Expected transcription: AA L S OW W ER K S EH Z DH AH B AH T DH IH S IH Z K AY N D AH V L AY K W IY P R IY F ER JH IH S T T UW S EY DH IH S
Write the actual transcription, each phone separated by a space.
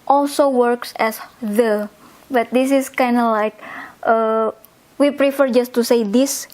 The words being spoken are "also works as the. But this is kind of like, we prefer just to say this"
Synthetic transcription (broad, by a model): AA L S OW W ER K S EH S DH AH B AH T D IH S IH S K AY N D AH L AY K W IY P R IY F ER JH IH S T T UW S EY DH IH S